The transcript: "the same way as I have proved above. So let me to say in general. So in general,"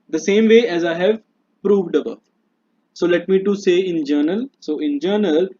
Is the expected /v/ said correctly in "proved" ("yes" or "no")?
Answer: yes